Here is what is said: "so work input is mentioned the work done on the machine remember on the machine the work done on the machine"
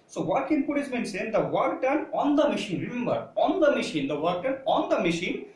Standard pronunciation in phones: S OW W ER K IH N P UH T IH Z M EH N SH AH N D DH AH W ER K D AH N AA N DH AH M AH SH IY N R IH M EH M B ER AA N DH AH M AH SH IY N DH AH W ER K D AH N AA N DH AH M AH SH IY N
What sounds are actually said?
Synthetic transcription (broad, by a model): S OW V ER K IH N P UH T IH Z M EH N S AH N D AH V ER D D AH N AA N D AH M AH SH IY N R IH M EH M B ER AA N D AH M AH SH IY N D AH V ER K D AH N AA N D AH M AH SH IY N